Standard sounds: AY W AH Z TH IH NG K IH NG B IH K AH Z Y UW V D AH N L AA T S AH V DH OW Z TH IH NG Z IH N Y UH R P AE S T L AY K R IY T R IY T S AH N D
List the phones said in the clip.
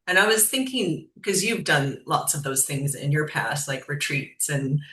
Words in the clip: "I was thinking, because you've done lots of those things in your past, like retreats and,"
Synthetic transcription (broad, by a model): AY W AH Z TH IH NG K IH NG K AH Z Y UW V D AH N L AA T S AH V DH OW Z TH IH NG Z IH N Y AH R P AE S T L AY K R IY T R IY T S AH N